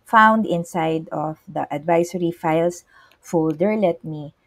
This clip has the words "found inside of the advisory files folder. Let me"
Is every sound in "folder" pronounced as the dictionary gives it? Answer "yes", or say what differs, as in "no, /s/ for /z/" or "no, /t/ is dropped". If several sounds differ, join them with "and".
yes